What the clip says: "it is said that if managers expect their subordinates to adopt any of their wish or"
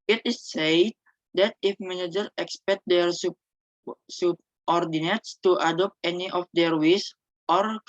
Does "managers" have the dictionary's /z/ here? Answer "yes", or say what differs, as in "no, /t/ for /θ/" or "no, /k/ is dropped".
no, /z/ is dropped